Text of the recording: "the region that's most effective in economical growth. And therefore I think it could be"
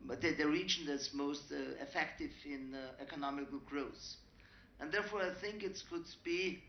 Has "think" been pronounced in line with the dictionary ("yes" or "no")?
yes